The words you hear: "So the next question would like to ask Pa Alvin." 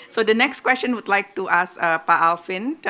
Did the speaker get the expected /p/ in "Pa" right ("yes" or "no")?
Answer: yes